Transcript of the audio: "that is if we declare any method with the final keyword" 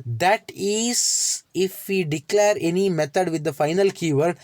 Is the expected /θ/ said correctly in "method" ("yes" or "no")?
no